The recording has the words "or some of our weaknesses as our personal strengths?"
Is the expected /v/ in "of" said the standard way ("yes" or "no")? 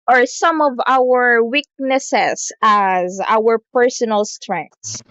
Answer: yes